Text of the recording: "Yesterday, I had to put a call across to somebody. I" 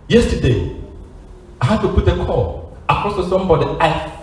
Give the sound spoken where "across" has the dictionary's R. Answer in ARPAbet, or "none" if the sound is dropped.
none